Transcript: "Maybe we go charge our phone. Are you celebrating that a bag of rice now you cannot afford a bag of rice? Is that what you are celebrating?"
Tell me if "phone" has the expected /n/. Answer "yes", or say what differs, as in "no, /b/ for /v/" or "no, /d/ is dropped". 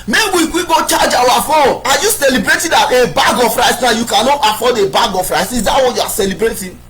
no, /n/ is dropped